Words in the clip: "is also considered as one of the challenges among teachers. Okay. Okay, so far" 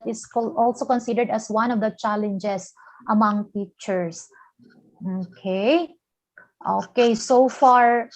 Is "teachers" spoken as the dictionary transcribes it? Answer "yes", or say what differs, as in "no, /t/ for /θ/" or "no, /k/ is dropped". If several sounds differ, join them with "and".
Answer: no, /s/ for /z/